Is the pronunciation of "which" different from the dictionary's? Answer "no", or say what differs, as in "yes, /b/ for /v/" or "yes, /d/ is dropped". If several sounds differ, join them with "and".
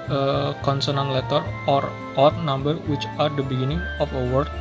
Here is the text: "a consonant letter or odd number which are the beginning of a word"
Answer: no